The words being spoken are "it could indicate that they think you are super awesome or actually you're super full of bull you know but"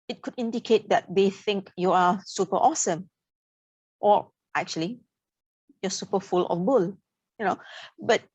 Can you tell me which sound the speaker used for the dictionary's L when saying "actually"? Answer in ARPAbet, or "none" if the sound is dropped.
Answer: L